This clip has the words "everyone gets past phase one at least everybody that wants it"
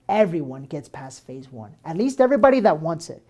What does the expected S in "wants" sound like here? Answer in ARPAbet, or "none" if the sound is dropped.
S